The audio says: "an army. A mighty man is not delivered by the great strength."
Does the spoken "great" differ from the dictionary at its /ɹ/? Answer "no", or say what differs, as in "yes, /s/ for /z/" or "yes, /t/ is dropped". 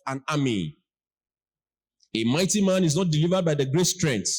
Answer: no